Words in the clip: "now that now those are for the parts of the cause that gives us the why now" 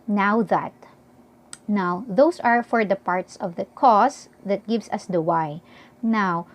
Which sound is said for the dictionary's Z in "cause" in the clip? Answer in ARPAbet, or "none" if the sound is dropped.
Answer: S